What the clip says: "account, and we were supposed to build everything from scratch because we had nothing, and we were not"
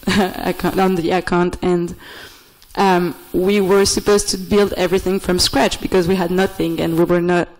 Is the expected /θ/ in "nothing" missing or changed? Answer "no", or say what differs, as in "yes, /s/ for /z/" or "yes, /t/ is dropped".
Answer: no